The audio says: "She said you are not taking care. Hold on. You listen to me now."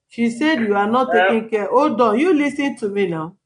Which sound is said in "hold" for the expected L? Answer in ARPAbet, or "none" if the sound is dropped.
none